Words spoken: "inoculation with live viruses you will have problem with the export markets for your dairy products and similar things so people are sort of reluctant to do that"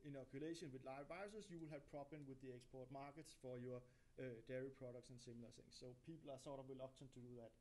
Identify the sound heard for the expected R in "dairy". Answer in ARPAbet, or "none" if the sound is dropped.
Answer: R